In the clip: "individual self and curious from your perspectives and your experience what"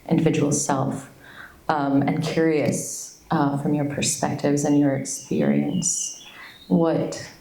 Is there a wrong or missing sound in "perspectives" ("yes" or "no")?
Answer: no